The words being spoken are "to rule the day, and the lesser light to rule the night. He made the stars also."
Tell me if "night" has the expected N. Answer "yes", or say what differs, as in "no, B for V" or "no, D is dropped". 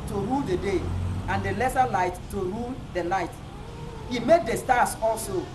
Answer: no, L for N